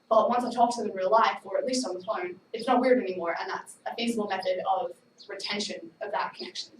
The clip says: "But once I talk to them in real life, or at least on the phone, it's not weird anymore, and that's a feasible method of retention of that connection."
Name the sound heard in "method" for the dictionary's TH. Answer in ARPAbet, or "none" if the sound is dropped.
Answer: TH